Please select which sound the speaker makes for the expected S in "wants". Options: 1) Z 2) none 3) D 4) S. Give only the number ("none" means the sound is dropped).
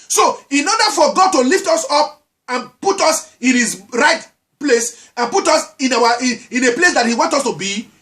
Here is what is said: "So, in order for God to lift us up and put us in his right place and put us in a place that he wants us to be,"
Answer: 2